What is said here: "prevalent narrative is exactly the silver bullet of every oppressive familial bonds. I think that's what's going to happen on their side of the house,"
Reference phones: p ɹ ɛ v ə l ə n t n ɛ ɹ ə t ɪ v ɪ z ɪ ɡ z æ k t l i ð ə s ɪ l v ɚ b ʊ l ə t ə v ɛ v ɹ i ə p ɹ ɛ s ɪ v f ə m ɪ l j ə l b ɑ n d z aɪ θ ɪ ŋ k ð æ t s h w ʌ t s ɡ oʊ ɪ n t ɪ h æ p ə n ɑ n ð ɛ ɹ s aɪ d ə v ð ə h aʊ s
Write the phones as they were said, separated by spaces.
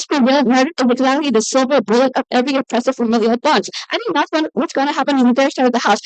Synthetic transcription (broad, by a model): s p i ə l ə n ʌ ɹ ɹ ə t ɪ ɪ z ɪ ɡ z æ k t l i ð ə s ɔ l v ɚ b ʊ l ə t ə v ɛ v ɹ i ə p ɹ ɛ s ɪ v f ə m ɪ l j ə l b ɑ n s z aɪ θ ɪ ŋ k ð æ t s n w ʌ t s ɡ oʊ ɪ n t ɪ h æ p ə n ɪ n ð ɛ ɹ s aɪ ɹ ə v ð ə h aʊ s